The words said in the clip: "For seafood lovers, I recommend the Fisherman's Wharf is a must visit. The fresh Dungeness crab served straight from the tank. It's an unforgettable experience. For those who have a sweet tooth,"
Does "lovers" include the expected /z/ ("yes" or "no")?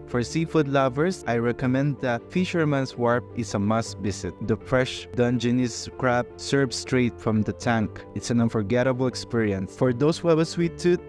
no